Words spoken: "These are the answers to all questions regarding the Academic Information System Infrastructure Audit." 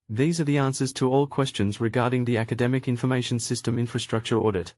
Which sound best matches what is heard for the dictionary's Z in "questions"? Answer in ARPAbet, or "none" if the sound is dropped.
Z